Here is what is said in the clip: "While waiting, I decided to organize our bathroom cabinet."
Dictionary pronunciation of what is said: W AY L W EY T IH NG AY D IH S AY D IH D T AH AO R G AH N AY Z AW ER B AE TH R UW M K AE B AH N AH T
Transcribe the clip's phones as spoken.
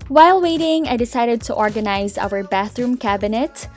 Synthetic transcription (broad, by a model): W AY L W EY T IH NG AY D IH S AY D IH D T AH AO R G AH N AY Z AW ER B AE TH R UW M K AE B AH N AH T